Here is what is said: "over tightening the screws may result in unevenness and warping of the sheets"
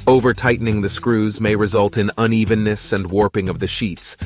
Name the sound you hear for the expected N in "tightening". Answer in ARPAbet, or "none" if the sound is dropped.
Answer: N